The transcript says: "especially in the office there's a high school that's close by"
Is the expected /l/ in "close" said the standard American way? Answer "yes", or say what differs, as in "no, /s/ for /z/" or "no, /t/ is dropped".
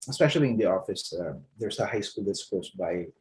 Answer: no, /l/ is dropped